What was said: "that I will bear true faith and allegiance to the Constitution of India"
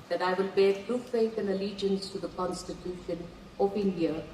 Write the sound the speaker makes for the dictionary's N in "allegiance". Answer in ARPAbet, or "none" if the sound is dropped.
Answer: N